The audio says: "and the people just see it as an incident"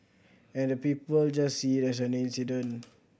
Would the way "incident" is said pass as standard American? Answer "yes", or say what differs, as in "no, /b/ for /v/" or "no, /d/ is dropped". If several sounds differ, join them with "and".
no, /t/ is dropped